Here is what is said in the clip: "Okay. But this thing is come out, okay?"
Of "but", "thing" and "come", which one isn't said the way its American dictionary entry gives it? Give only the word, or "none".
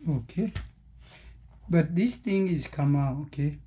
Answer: thing